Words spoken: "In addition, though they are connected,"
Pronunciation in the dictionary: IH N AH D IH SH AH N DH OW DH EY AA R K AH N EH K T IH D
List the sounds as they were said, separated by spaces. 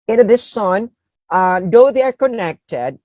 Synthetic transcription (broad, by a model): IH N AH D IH S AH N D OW DH EY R K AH N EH K T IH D